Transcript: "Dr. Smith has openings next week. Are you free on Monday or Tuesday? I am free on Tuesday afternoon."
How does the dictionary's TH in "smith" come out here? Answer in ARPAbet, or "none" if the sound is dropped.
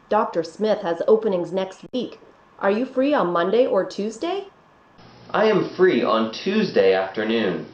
TH